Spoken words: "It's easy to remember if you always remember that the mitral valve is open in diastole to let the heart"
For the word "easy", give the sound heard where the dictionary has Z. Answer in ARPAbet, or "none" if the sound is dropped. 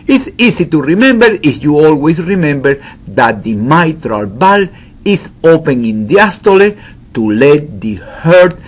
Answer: S